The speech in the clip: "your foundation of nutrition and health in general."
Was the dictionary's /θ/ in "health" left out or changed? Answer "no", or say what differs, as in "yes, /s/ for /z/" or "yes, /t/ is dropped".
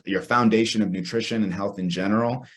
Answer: no